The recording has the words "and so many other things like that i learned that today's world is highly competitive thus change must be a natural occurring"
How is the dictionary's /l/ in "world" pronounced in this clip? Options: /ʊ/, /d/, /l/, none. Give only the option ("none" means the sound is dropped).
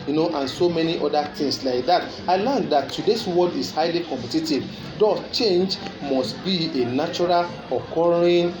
none